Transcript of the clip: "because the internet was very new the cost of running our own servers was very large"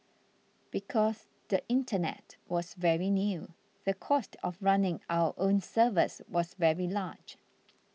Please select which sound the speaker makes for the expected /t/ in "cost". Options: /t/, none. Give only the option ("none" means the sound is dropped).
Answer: /t/